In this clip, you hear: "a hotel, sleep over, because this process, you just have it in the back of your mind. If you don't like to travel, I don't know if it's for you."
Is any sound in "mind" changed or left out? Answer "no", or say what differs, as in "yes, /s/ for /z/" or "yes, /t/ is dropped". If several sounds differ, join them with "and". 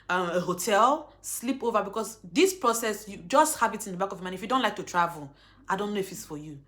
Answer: yes, /d/ is dropped